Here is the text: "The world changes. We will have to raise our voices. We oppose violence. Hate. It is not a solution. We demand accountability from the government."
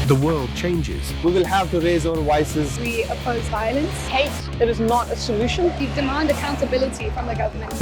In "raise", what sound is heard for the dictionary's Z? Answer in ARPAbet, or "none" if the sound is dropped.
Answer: Z